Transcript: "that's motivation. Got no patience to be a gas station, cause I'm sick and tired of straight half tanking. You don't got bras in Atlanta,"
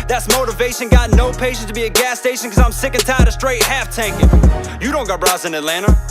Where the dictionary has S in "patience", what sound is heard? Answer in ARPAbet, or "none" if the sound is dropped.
none